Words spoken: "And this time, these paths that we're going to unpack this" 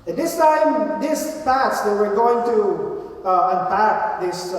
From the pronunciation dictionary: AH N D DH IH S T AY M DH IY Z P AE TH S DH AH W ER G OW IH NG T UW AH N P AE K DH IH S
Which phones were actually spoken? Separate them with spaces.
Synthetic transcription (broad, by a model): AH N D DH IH S T AY M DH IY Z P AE T S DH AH W ER G OW IH NG T UW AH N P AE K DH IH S